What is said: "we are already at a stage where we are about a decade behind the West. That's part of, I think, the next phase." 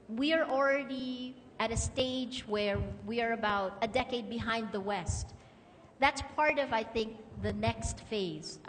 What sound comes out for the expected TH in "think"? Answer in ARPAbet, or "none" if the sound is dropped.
TH